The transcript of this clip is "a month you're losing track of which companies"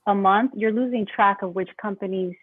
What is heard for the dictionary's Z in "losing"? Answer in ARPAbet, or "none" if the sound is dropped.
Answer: Z